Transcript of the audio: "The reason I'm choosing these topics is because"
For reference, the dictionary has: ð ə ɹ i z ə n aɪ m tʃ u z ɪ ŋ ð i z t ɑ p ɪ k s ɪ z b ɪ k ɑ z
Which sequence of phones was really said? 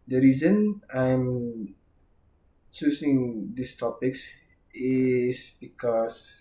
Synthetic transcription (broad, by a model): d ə ɹ i z ə n aɪ m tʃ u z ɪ ŋ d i s t ɑ p ɪ k s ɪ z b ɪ k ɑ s